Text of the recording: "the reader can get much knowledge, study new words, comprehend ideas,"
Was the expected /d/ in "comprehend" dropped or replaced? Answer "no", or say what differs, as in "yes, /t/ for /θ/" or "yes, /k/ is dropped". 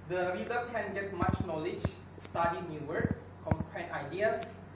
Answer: yes, /d/ is dropped